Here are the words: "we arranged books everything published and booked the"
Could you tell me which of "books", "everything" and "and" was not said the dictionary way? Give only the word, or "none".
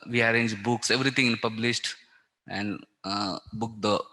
everything